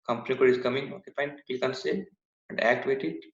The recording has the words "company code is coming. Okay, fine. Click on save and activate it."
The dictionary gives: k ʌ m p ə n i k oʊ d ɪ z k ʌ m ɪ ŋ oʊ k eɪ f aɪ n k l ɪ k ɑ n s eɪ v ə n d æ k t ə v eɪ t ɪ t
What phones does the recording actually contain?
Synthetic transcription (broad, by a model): k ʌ m p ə n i k oʊ d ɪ s k ʌ m ɪ ŋ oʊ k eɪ p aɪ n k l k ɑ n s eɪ ə n d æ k t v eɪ t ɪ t